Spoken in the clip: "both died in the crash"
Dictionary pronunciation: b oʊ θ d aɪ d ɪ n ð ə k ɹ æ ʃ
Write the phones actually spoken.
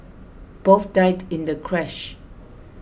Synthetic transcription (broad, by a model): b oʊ f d aɪ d ɪ n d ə k ɹ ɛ ʃ